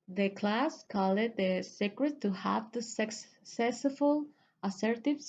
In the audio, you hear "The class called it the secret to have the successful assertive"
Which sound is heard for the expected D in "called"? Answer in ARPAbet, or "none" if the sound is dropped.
none